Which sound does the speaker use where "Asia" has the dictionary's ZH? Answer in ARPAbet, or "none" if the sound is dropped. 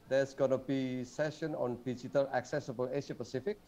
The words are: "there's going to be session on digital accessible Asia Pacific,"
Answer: SH